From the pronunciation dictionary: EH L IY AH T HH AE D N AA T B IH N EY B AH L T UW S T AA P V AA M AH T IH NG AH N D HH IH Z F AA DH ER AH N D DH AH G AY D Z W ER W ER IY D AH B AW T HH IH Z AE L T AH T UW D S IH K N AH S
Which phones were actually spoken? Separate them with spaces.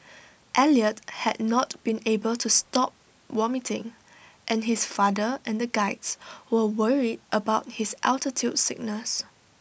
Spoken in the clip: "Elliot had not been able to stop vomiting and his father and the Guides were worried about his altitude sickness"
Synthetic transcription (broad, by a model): EH L IY AH T HH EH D N AA T B IH N EY B AH L T UW S T AA P W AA M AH T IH NG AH N HH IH S F AA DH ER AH N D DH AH G AY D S W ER W ER IY D AH B AW T HH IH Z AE L T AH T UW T S IH K N AH S